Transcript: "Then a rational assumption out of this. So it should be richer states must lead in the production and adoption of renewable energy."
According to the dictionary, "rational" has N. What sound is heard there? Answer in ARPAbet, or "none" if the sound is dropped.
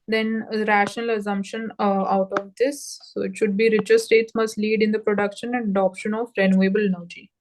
N